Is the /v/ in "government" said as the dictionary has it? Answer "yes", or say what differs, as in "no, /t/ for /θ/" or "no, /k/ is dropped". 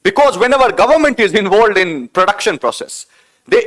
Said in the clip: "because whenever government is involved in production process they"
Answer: yes